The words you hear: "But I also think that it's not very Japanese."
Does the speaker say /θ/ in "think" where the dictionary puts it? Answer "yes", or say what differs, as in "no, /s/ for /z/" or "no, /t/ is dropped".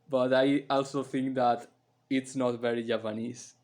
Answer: no, /t/ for /θ/